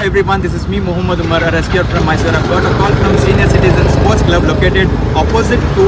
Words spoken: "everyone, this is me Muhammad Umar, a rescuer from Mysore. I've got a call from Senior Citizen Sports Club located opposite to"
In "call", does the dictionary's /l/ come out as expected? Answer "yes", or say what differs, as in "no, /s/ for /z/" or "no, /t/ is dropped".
no, /n/ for /l/